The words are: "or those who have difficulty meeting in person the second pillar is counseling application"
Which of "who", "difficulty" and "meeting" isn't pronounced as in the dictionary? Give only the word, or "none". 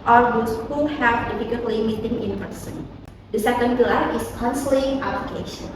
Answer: difficulty